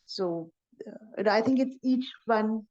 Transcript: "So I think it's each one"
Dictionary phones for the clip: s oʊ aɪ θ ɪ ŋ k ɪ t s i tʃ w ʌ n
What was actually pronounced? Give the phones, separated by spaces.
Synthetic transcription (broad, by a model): s oʊ aɪ θ ɪ ŋ k ɪ t s i tʃ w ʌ n